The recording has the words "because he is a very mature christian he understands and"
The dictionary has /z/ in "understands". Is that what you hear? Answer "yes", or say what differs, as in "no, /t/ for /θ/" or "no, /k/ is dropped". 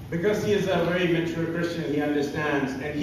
yes